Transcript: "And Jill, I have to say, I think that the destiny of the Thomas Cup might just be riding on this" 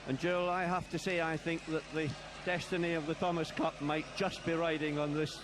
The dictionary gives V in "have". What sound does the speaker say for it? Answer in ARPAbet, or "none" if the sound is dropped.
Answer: F